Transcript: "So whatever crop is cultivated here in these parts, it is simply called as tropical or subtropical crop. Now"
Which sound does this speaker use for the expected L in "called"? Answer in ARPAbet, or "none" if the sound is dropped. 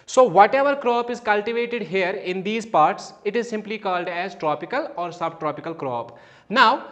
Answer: L